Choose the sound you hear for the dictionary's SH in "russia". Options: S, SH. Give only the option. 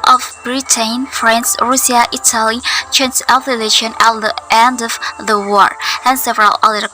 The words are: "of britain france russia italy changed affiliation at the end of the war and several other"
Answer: S